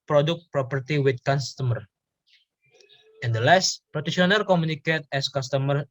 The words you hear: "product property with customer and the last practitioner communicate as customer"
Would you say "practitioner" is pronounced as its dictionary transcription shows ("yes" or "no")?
no